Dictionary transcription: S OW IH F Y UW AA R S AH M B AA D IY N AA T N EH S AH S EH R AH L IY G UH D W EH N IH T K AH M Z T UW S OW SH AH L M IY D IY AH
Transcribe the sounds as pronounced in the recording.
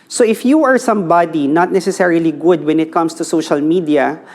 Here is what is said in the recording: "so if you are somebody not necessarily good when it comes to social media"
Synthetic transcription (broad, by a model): S OW IH F Y UW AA R S AH M B AA D IY N AA T N EH S AH S EH R AH L IY G UH D W EH N IH T K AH M S T UW S OW SH AH L M IY D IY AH